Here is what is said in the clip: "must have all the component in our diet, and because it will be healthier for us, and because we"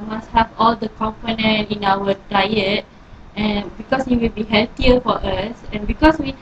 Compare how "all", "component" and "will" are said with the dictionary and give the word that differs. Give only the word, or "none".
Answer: none